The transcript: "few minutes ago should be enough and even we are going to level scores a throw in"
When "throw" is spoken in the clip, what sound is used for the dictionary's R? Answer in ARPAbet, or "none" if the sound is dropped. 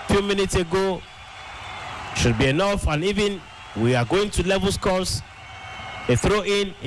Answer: R